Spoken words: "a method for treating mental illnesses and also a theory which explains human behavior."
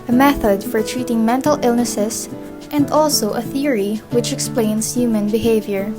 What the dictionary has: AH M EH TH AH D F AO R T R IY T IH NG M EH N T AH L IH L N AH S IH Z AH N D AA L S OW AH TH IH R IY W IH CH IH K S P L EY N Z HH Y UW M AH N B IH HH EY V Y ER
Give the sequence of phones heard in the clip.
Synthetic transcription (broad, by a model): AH M EH TH AH D F AO R T R IY T IH NG M EH N T AH L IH L N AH S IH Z AH N D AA L S OW AH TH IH R IY W IH CH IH K S P L EY N S HH Y UW M AH N B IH HH EY V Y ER